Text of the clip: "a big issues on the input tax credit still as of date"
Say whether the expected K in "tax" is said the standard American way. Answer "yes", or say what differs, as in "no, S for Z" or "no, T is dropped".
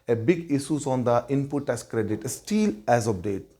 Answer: no, K is dropped